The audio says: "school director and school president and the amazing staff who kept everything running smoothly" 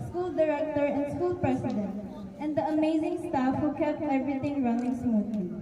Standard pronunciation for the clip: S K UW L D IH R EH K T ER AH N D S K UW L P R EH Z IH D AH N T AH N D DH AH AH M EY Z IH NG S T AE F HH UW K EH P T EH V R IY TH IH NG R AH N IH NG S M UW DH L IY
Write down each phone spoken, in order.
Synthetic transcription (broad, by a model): S K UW L D IH R EH K T ER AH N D S K UW L P R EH S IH D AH N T AH N D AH AH M EY Z IH NG S T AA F HH UW K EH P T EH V R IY T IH NG R AH N IH NG S M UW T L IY